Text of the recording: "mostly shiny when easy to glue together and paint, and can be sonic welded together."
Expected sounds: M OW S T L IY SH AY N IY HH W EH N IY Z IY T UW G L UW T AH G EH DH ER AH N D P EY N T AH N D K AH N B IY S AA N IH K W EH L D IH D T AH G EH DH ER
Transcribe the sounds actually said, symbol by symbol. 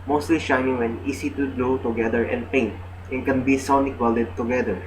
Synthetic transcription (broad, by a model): M OW S T L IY SH AY N IY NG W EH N IY S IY T UW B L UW T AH G EH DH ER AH N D P EY N T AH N K AH N B IY S AA N IH K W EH L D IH D T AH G EH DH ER